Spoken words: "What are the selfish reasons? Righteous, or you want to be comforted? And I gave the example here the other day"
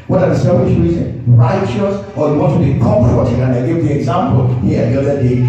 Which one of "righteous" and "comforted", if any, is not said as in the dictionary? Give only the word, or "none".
comforted